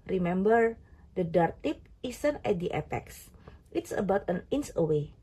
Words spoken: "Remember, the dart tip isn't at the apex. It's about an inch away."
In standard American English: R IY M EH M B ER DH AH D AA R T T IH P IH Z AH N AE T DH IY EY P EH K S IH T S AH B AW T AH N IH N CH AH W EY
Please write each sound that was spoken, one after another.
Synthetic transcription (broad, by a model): R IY M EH M B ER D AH D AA R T T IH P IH S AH N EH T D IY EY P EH K S IH T S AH B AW T AH N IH N S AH W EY